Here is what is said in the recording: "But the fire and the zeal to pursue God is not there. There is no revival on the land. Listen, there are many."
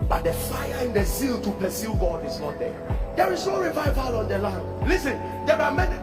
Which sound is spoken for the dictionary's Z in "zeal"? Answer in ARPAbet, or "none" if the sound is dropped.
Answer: S